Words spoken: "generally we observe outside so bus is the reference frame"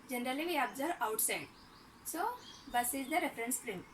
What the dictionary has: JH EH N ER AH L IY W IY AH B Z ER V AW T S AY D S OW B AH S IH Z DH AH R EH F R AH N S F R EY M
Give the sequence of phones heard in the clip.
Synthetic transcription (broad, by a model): JH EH N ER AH L IY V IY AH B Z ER AW T S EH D S OW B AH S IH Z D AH R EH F R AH N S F R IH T